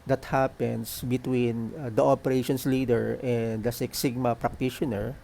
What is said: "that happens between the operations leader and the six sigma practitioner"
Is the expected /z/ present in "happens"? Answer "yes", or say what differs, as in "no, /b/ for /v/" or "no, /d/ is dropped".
no, /s/ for /z/